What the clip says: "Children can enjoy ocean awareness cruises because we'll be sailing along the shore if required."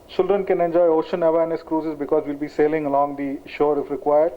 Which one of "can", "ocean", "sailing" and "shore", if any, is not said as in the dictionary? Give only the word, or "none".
none